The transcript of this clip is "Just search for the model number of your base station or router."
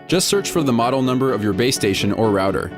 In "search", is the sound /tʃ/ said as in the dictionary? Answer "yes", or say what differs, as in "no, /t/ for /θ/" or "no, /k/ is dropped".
yes